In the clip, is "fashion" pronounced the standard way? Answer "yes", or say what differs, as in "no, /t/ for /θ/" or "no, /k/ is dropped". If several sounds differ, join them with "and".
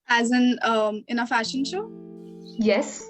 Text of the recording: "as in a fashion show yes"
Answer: yes